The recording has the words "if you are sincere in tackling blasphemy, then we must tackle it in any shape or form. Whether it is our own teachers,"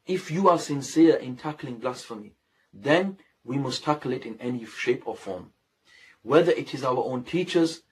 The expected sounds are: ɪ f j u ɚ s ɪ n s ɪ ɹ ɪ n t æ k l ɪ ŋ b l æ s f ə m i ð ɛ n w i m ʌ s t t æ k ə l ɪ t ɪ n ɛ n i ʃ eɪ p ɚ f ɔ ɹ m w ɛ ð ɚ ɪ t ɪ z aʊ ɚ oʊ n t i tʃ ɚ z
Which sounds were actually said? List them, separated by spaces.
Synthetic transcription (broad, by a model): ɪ f j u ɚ s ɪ n s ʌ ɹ ɪ n t æ k l ɪ ŋ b l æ s f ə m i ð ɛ n w i m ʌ s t t æ k ə l ɪ t ɪ n ɛ n i ʃ eɪ p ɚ f ɔ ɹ m w ɛ ð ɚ ɪ t ɪ z aʊ ɚ oʊ n t i tʃ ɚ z